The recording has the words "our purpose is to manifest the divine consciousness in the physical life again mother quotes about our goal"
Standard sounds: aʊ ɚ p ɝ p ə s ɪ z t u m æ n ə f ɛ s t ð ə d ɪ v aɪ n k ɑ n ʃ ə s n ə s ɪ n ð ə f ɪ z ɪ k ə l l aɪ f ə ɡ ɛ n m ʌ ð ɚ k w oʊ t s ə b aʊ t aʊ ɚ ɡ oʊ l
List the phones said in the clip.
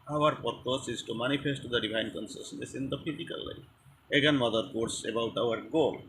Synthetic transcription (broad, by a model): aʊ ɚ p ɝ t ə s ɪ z t u m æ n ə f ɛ s t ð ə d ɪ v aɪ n k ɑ n s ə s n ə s ɪ n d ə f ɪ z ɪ k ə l l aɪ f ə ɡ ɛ n m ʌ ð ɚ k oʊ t s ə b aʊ t aʊ ɚ ɡ oʊ l